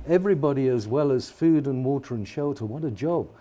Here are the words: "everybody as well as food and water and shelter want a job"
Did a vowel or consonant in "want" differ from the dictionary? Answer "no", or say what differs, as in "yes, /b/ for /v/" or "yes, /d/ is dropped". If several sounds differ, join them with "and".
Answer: yes, /n/ is dropped